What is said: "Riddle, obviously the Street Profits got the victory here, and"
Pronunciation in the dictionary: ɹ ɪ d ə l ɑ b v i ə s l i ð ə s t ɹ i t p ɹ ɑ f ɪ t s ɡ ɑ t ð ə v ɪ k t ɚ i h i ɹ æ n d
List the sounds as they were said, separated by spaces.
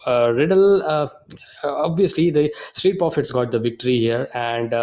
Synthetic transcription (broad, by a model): ɹ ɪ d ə l ɑ b v i ə s l i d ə s t ɹ i t p ɹ ɑ f ɪ t s ɡ ɑ t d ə v ɪ k t ɚ i h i ɹ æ n d